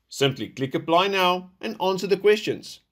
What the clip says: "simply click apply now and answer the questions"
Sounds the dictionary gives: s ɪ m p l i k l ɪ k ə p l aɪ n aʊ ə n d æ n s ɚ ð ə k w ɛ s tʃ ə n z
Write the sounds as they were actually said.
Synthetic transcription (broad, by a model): s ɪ m p l i k l ɪ k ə b l aɪ n aʊ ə n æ n s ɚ ð ə k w ɛ s tʃ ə n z